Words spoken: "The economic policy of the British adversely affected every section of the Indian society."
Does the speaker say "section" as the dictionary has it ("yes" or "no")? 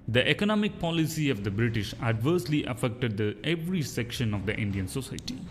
yes